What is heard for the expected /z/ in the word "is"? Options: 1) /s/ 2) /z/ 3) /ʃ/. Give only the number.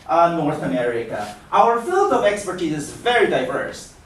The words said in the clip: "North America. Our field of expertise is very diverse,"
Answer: 2